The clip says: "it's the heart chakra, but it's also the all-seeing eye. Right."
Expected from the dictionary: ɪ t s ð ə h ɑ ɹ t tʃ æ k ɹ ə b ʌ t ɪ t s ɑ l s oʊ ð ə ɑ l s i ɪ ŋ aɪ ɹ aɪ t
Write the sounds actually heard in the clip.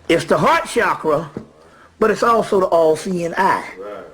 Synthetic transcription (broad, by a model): ɪ t s ð ə h ɑ ɹ t ʃ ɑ k ɹ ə b ʌ t ɪ t s ɑ l s oʊ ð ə ɑ l s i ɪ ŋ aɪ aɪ